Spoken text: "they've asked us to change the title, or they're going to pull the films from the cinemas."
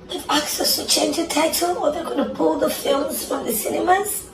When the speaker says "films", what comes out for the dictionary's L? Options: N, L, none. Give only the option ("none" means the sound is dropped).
L